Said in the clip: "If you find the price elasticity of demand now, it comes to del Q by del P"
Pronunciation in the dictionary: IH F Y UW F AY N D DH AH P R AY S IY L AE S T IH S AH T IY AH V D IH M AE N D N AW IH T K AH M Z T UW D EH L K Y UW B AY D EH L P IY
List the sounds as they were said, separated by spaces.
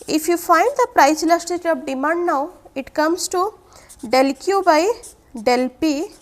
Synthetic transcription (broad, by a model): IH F Y UW F AY N D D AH P R AY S L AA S T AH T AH P D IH M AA N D N AW IH T K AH M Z T UW D EH L K Y UW B AY D EH L P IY